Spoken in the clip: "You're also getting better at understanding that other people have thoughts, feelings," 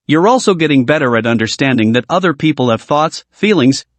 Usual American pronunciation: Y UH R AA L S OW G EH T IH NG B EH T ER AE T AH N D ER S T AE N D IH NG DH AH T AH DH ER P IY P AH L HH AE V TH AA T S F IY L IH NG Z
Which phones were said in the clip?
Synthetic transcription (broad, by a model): Y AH R AA L S OW G EH T IH NG B EH T ER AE T AH N D ER S T AE N D IH NG DH AH T AH DH ER P IY P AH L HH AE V TH AA T S F IY L IH NG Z